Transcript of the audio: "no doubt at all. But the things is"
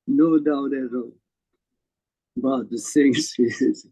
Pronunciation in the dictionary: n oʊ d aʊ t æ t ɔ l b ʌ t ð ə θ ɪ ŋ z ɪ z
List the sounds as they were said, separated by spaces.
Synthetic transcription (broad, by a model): n oʊ d aʊ t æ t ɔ b ʌ t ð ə s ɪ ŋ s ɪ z